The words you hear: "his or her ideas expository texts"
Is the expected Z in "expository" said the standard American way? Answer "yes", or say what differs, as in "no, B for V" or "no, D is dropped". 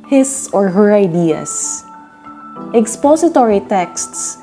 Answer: no, S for Z